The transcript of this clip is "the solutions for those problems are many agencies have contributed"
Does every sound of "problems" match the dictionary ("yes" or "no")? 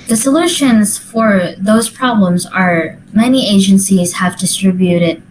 yes